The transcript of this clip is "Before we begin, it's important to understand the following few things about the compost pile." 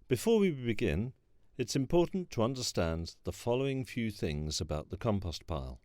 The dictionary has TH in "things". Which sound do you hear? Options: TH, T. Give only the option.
TH